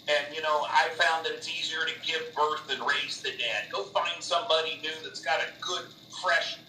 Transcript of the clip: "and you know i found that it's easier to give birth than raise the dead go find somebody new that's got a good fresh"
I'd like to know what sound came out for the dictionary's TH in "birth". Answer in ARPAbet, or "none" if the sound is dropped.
TH